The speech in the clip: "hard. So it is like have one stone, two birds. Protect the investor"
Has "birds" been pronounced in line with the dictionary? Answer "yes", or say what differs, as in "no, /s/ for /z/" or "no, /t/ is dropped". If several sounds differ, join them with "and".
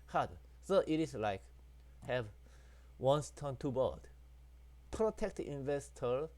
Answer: no, /z/ is dropped